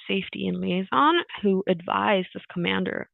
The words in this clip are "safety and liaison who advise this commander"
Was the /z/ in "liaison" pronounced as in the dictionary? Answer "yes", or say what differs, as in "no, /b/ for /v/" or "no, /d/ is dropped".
yes